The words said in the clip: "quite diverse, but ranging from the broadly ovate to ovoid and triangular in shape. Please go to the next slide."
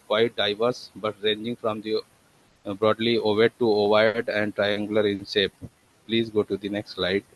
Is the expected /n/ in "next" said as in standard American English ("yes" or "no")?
yes